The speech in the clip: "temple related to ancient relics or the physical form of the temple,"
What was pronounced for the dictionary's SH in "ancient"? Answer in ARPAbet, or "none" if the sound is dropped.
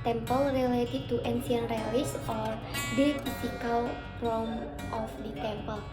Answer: S